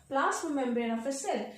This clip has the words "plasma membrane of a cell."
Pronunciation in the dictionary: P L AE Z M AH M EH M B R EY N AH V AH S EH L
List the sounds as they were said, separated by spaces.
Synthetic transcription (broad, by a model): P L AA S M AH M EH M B EY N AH F AH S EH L